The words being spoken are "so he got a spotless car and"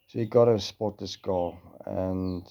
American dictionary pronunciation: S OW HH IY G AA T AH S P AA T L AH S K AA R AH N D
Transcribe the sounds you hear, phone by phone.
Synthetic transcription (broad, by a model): S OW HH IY G AA T AH S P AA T AH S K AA L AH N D